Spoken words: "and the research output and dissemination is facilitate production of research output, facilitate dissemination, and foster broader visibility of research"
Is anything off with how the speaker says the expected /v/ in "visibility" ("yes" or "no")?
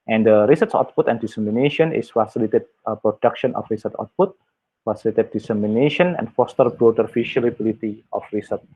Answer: yes